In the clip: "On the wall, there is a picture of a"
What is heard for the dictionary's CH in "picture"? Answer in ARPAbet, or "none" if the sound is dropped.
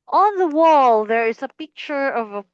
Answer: CH